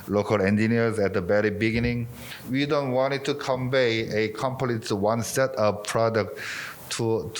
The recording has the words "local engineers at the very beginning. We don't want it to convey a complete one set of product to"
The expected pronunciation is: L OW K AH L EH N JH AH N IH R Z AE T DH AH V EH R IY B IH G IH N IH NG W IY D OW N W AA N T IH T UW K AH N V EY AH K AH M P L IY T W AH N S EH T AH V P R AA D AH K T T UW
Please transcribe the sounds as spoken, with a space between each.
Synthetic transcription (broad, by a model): L OW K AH L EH N JH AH N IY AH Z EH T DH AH B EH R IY B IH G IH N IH NG W IY D OW N W AA N T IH T UW K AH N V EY AH K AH M P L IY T W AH N S EH T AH P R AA D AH K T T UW